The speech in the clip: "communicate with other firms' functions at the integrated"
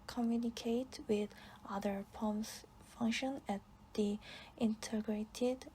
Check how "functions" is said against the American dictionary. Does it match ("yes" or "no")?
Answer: no